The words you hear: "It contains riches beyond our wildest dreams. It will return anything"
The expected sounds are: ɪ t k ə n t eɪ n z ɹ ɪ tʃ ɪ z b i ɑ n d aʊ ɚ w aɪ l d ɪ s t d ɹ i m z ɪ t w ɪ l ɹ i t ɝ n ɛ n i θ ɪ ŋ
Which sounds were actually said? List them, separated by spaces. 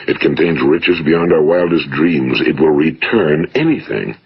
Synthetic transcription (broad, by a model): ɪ t k ə n t eɪ n z ɹ ɪ tʃ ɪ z b i ɑ n d aʊ ɚ w aɪ l d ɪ s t d ɹ i m z ɪ t w ɪ l ɹ i t ɝ n ɛ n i θ ɪ ŋ